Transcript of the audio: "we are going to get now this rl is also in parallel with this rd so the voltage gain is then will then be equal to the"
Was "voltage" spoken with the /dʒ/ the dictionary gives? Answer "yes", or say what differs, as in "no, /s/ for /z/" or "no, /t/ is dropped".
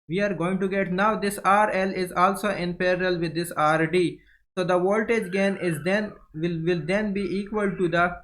yes